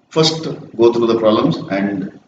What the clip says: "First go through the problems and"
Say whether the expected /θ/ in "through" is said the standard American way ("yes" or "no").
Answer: no